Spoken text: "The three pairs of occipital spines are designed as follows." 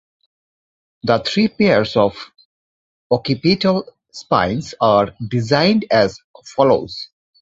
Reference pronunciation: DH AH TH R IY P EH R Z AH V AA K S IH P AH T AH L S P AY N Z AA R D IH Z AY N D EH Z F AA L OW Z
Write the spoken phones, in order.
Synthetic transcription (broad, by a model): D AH T R IY P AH R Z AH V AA K IH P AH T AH L S P AY N S AA R D IH Z AY N D EH Z F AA L OW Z